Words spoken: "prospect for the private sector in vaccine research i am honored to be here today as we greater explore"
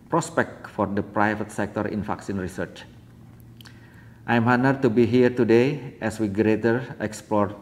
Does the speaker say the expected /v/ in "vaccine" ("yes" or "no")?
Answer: no